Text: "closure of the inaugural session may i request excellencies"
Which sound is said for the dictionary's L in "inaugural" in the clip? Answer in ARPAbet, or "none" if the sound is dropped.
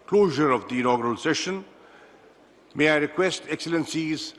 L